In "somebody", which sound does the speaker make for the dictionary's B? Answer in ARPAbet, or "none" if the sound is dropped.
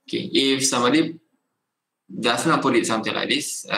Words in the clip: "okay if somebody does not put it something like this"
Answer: none